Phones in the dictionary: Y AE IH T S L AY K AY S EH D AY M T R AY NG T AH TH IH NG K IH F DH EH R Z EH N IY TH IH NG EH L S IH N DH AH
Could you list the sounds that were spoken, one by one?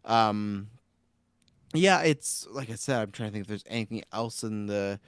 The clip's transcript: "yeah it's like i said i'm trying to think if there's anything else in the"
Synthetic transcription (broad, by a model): Y AE IH T S L AY K AY S EH D AY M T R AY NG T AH TH IH NG K DH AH R Z EH N IY TH IH NG EH L S IH N DH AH